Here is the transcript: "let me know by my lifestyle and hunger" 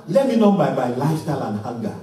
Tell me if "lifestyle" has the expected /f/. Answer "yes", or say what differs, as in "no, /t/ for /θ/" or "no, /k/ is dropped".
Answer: no, /f/ is dropped